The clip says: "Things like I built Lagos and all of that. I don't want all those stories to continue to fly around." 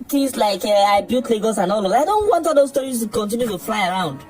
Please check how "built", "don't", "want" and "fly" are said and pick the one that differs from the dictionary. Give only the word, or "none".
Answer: built